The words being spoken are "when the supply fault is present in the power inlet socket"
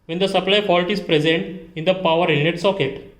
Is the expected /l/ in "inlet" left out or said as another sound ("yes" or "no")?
yes